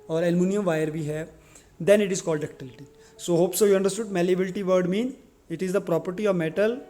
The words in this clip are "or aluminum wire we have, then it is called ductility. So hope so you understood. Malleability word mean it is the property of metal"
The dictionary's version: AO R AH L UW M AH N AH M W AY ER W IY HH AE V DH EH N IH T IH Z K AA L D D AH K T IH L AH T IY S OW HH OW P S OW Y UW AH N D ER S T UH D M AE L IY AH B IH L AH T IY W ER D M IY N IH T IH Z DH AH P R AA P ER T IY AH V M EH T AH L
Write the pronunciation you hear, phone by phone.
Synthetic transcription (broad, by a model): AO R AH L M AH N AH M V AY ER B IY HH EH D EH N IH T IH Z K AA L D D AH K T IH L AH T IY S OW HH OW P S OW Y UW AH N D ER S T UH D M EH L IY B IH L T IY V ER D M IY N IH T IH Z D AH P R AA P ER T IY AH V M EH T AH L